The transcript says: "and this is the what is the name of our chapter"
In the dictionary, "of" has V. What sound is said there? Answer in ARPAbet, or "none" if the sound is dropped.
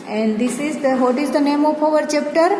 P